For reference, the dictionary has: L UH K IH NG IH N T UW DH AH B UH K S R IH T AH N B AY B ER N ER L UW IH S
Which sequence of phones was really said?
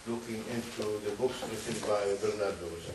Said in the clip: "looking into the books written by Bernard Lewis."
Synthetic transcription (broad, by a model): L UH K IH NG IH N T UW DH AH B UH K S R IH S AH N B AY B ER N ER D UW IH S